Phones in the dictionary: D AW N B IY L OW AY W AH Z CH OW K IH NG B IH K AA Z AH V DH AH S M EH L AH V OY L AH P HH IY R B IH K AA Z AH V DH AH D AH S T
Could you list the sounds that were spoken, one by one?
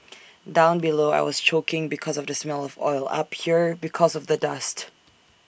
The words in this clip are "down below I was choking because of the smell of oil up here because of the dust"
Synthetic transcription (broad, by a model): D AW N B IY L OW AY W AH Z CH OW K IH NG B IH K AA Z AH V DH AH S M EH L AH V OY L AH P HH IY R B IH K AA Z AH V DH AH D AH S T